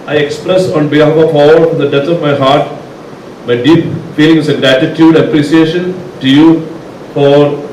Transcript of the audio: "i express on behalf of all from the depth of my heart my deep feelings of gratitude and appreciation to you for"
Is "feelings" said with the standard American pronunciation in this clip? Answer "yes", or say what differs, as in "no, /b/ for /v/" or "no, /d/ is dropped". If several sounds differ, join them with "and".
no, /z/ is dropped